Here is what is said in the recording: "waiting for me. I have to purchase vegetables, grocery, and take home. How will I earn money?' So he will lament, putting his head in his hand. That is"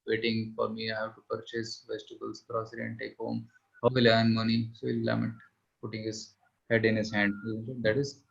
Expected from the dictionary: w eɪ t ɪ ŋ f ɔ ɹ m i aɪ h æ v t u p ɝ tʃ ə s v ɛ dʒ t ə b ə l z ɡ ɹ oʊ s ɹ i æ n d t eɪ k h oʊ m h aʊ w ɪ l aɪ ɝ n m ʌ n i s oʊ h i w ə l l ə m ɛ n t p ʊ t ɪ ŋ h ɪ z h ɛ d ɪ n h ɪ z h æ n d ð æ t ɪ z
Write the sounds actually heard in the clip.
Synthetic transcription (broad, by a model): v eɪ t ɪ ŋ f ɔ ɹ m i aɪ h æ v t u p ɝ tʃ ə s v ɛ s t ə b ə l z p ɹ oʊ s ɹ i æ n t eɪ k h oʊ m h aʊ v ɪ l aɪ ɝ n m ʌ n i s oʊ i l l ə m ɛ t p ʊ t ɪ ŋ h ɪ z h ɛ d ɪ n h ɪ z h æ n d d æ t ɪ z